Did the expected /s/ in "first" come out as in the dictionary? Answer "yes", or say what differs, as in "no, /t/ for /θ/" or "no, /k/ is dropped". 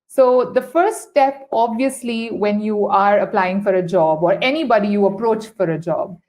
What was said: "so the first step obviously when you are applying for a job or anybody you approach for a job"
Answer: no, /s/ is dropped